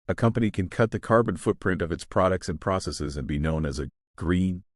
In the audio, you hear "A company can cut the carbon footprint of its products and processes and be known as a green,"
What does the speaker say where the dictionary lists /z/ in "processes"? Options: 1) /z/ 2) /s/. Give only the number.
1